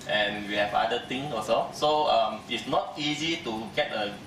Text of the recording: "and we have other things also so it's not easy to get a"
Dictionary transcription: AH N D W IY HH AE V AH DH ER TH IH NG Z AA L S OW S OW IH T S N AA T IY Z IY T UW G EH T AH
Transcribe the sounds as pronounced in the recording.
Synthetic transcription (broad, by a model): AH N W IY HH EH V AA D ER T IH NG AA S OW S OW IH T S N AA T IY Z IY T UW G EH T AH